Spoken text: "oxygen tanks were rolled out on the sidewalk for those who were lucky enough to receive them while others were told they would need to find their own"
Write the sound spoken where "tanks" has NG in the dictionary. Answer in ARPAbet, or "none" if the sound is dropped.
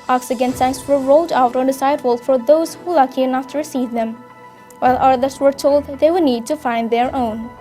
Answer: none